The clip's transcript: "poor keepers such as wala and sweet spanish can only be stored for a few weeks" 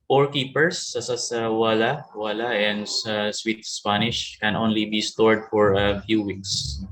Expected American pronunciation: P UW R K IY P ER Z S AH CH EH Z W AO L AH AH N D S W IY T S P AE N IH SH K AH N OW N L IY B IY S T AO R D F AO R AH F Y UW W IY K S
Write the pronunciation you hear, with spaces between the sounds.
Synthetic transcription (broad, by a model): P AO R K IY P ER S S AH S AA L W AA L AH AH N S S W IY T S P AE N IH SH K AH N OW N L IY B IY S T AO R D F AO R AH F Y UW W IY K S